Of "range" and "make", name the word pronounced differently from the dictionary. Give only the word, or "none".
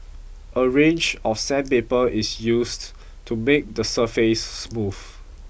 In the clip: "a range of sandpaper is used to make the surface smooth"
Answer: none